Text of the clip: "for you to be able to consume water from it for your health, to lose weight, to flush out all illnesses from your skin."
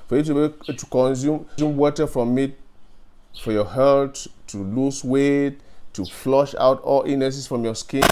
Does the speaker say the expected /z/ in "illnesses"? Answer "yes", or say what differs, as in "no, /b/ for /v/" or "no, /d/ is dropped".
no, /s/ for /z/